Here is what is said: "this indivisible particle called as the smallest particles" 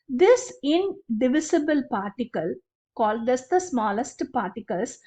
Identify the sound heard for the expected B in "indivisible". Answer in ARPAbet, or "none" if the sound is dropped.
B